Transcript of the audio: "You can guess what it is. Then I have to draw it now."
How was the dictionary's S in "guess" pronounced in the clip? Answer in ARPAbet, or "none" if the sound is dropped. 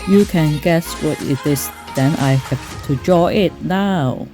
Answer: S